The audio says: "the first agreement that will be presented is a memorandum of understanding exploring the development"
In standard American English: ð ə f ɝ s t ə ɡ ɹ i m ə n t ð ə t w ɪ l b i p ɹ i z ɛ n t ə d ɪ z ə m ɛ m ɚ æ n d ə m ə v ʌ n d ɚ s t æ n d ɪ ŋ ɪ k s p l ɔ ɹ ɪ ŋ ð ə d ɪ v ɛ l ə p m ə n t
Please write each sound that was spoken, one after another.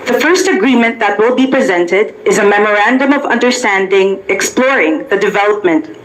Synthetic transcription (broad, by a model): ð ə f ɝ s t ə ɡ ɹ i m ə n ð ə t w ɪ l b i p ɹ i z ɛ n t ə d ɪ z ə m ɛ m ɚ æ n d ə m ə v ʌ n d ɚ s t æ n d ɪ ŋ ɪ k s p l ɔ ɹ ɪ ŋ ð ə d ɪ v ɛ l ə p m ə n t